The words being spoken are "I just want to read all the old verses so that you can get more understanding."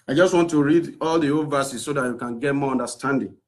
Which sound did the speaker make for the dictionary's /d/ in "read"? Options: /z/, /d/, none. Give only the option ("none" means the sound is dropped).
/d/